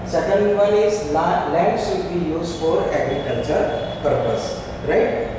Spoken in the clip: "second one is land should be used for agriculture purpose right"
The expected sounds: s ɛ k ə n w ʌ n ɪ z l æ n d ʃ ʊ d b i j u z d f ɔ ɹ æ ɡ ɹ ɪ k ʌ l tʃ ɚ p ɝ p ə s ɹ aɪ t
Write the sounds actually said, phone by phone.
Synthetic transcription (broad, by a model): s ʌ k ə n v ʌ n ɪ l l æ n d s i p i j u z f ɔ ɹ æ ɡ ɹ ɪ k ʌ l tʃ ɚ p ɝ p ə s ɹ aɪ t